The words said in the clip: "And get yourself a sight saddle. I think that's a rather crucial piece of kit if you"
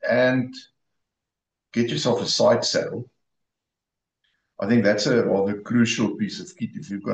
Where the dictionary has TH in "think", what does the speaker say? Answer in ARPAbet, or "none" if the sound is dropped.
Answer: TH